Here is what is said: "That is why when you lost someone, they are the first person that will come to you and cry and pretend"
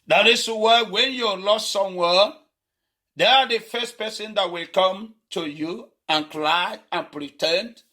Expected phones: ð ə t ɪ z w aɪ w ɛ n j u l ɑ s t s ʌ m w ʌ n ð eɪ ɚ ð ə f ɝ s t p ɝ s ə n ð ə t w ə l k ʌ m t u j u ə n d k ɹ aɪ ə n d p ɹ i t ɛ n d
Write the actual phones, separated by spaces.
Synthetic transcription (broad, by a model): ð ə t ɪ s w aɪ w ɛ n j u l ɑ s t s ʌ m w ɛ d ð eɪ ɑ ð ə f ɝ s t p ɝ s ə n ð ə t w ə l k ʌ m t u j u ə n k l aɪ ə n p ɹ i t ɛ n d